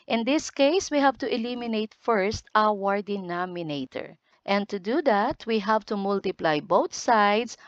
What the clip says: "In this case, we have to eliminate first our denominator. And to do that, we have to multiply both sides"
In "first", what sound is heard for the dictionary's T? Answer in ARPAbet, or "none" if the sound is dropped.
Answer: T